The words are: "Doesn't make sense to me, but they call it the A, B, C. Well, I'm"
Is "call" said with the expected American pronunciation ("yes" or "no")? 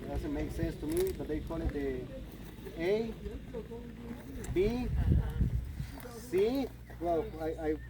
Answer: no